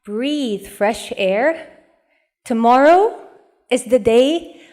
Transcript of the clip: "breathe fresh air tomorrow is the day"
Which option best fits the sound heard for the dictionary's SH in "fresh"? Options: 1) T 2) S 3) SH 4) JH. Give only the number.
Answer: 3